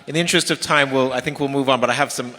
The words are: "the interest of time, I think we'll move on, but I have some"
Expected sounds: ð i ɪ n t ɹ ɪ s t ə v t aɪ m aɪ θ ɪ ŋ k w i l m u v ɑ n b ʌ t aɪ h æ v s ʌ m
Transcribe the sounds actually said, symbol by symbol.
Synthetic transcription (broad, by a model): ð i ɪ n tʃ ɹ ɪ s t ə v t aɪ m aɪ θ ɪ ŋ k w i l m u v n b ʌ t aɪ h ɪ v s ʌ m